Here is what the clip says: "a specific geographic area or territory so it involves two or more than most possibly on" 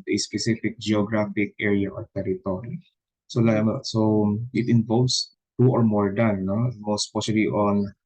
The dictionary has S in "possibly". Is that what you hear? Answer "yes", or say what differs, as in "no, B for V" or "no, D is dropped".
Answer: no, SH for S